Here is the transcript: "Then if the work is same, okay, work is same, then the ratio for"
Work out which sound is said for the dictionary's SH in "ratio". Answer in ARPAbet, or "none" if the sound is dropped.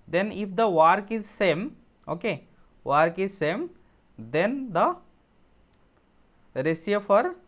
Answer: S